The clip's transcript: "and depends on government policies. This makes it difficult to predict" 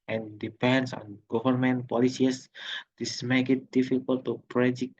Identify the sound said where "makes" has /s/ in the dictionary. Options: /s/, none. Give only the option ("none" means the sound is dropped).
none